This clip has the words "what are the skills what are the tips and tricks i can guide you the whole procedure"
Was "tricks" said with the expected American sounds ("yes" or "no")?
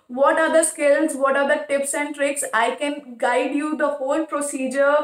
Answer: yes